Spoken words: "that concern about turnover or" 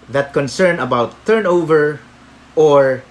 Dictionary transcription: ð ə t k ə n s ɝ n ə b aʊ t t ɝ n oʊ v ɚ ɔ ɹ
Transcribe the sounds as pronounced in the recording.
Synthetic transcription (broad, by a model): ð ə t k ə n s ɝ n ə b aʊ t t ɝ n oʊ v ɚ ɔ ɹ